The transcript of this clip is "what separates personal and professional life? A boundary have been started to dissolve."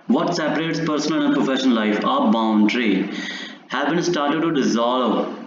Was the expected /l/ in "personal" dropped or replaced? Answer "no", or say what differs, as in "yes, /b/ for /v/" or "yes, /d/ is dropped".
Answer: yes, /n/ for /l/